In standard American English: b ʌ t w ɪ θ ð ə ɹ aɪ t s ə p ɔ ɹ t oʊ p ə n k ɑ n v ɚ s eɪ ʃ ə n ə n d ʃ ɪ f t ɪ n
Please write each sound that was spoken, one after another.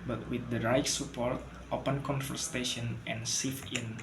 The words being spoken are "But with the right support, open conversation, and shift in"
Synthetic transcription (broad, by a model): b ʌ t w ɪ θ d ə ɹ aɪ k s ə p ɔ ɹ t oʊ p ə n k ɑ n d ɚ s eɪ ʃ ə n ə n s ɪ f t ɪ n